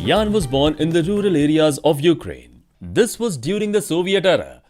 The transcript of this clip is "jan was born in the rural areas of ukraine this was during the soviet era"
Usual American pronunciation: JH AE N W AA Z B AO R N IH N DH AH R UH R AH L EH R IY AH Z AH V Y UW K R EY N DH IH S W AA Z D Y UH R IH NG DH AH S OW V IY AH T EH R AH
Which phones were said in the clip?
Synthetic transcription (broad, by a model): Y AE N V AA Z B AO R N IH N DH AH R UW R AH L EH R IY AH Z AH V Y UW K R EY N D IH S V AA Z D Y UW R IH NG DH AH S OW V IY AH T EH R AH